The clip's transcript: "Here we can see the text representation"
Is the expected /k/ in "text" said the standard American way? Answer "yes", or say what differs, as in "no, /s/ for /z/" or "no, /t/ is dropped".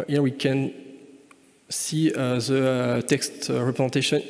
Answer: yes